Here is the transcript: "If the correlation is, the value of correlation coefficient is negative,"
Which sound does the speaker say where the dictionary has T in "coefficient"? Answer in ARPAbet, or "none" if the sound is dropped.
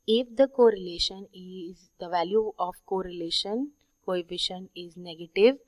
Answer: none